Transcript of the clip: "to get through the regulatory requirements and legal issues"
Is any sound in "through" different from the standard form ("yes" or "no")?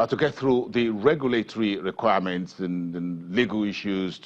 no